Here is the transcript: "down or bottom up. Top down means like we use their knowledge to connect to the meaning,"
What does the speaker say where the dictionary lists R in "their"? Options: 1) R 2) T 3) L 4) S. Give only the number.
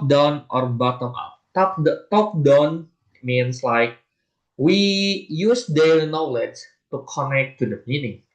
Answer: 3